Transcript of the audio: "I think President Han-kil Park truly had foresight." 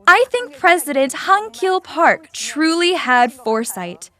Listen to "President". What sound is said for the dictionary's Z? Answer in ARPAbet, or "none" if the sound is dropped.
Z